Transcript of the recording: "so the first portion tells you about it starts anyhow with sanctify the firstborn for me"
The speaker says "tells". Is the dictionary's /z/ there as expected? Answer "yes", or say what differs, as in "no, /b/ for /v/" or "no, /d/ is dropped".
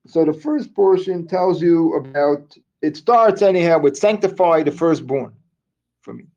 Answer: yes